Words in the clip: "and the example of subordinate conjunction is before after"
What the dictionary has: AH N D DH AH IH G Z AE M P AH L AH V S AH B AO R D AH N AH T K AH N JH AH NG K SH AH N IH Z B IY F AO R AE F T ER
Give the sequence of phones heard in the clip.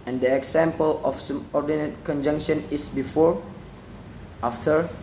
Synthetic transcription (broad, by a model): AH N D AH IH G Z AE M P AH L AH F S AH B AO R D AH N AH T K AH N JH AH NG K SH AH N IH S B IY F AO R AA F T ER